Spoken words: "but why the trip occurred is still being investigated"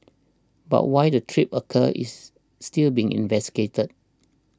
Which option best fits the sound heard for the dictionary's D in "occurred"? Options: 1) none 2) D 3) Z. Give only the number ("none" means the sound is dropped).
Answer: 1